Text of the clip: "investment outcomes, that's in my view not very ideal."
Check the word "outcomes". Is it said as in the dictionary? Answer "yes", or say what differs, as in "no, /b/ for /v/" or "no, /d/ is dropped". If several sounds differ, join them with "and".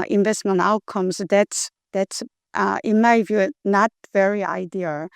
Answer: no, /s/ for /z/